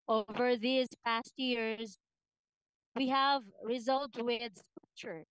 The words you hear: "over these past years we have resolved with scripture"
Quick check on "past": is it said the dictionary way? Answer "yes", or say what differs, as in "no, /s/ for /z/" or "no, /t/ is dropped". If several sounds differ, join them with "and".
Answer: yes